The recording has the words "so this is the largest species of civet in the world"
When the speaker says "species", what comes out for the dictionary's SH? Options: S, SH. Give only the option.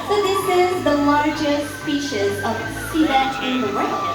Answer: SH